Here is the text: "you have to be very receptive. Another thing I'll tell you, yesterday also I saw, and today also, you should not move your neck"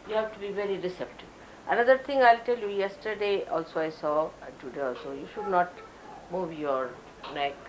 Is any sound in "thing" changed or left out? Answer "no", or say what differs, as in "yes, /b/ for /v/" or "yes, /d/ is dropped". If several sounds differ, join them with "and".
yes, /t/ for /θ/